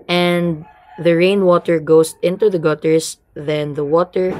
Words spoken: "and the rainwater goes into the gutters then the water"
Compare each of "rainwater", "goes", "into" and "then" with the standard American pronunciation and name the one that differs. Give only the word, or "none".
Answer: goes